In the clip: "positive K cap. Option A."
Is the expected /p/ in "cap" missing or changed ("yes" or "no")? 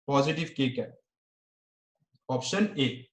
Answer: yes